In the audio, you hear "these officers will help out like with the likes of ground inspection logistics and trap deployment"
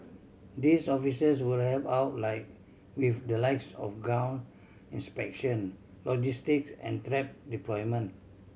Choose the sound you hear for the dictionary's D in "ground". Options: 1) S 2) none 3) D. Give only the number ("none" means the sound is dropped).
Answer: 2